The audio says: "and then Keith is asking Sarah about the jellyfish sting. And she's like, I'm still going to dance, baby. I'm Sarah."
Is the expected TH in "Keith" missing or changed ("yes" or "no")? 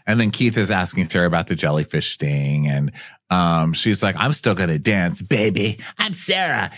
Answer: no